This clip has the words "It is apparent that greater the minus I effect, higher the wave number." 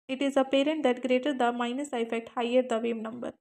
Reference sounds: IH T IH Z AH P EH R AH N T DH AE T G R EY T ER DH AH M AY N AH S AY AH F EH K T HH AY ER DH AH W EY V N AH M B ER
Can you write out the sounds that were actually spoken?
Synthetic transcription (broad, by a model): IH T IH Z AH P EH R AH N T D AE T G R EY T ER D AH M AY N AH S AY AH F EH K T HH AY ER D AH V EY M N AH M B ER